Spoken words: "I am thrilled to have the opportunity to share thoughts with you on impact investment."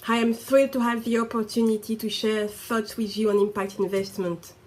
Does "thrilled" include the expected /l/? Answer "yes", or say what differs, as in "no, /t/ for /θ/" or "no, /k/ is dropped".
no, /l/ is dropped